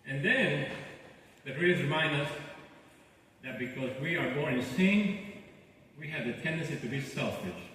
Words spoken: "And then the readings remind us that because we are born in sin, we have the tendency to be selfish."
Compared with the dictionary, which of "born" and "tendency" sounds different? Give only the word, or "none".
born